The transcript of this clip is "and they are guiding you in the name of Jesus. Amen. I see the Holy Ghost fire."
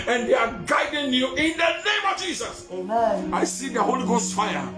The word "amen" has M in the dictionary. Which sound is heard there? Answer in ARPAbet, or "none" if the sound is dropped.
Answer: none